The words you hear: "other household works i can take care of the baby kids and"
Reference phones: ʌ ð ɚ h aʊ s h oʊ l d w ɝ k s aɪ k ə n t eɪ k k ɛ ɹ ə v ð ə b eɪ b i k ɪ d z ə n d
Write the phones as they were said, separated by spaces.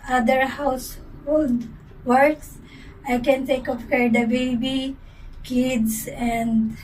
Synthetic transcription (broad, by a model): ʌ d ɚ h aʊ s h oʊ l d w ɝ k s aɪ k ə n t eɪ k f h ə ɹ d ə b eɪ b i k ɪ d s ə n d